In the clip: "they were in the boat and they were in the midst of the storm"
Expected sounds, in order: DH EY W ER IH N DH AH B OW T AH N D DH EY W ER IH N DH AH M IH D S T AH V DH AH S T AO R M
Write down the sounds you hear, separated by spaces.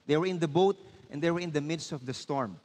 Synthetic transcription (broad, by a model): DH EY W ER IH N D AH B OW T AH N D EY W ER IH N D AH M IH D S T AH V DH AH S T AO R M